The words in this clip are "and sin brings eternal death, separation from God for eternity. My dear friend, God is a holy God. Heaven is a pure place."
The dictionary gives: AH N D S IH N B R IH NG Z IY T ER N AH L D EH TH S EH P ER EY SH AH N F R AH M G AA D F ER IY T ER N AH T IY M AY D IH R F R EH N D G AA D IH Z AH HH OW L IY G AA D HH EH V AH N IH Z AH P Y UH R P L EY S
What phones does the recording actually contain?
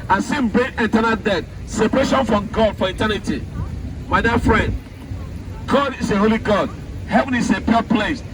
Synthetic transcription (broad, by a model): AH S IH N B R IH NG IY T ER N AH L D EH T S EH P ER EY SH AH N F R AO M G AA D F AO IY T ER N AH T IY M AY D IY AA F R EH N D G AA D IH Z AH HH OW L IY G AA D HH EH V AH N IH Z AH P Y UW P L EY S